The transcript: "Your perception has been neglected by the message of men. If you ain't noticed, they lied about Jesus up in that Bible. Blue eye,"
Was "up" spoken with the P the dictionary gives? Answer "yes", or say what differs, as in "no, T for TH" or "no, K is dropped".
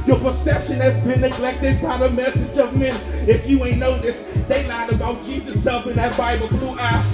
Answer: no, F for P